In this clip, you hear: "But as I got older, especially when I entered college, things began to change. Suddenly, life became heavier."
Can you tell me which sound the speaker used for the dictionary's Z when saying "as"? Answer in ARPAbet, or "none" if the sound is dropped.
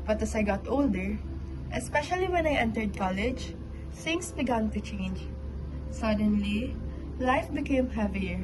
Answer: S